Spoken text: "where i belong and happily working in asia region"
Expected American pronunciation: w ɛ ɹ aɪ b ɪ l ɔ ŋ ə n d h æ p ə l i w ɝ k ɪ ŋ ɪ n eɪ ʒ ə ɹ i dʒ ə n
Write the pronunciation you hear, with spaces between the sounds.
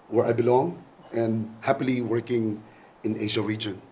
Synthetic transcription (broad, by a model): w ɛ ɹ aɪ b ɪ l ɔ ŋ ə n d h æ p ə l i w ɝ k ɪ ŋ ɪ n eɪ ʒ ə ɹ i dʒ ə n